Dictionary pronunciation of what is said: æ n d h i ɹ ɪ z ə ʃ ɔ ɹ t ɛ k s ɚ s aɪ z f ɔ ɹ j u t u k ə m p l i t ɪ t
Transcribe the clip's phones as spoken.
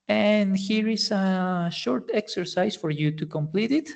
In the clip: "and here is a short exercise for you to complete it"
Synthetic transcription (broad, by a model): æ n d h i ɹ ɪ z ə ʃ ɔ ɹ t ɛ k s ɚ s aɪ s f ɔ ɹ j u t u k ə m p l i t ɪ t